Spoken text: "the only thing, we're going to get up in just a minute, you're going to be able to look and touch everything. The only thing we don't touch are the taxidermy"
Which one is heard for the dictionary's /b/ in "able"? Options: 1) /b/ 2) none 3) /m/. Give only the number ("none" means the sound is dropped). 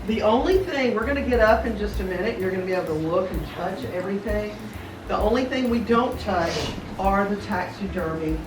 2